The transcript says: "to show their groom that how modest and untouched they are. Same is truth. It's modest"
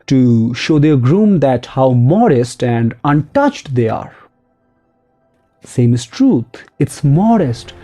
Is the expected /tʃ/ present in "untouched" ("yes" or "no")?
yes